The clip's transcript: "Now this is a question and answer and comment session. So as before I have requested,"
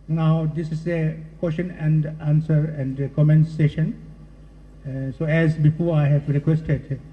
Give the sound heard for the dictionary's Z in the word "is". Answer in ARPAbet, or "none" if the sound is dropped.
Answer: S